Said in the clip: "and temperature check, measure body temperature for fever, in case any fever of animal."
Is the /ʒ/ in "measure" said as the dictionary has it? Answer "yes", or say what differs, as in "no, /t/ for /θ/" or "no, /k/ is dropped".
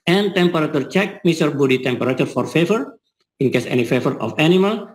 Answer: no, /s/ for /ʒ/